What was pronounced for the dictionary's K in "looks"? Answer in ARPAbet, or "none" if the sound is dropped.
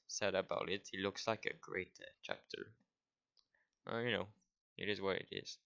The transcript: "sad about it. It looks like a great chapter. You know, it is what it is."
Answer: K